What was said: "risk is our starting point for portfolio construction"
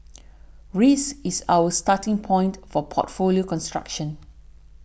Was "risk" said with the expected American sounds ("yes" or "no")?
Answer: no